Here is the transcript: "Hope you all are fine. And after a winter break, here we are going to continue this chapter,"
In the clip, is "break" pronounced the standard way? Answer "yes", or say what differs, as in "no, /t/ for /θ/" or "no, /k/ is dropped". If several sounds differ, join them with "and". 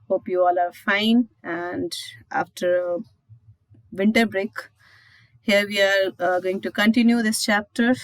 yes